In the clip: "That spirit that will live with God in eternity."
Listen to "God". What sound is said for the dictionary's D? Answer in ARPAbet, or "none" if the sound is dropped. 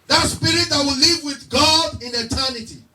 D